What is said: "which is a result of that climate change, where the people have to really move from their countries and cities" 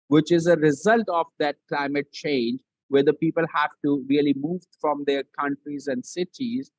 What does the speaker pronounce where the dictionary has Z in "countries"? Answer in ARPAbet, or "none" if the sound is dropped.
Z